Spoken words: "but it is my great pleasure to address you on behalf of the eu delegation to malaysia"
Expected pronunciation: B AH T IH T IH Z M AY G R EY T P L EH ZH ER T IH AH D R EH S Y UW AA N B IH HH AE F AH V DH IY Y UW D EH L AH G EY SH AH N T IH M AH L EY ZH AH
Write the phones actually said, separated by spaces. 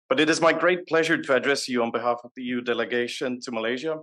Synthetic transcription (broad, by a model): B AH T IH T IH Z M AY G R EY T P L EH ZH ER T IH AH D R EH S Y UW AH N B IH HH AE F AH V DH IY Y UW D EH L AH G EY SH AH N T IH M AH L EY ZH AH